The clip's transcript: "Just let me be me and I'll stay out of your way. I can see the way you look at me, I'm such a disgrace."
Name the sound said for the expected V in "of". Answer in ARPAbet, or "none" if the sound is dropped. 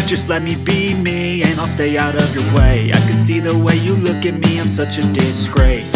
V